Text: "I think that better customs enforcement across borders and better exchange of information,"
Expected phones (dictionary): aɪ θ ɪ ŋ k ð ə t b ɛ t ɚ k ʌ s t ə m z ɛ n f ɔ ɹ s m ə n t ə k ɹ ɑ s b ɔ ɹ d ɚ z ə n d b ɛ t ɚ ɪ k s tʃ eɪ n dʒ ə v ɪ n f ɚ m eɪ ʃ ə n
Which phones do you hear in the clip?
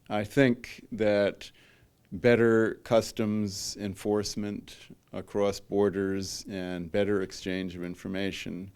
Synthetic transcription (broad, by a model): aɪ θ ɪ ŋ k ð ə t b ɛ t ɚ k ʌ s t ə m z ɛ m f ɔ ɹ s m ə n t ə k ɹ ɑ s b ɔ ɹ d ɚ z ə n b ɛ t ɚ ɪ k s tʃ eɪ n dʒ ə v ɪ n f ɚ m eɪ ʃ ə n